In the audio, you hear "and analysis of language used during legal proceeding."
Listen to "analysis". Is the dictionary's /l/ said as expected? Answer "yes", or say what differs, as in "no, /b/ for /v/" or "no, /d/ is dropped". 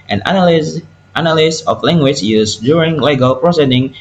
no, /n/ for /l/